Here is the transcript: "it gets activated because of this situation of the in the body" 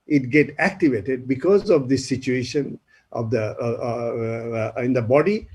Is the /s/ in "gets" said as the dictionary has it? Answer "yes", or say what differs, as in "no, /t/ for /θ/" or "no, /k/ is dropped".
no, /s/ is dropped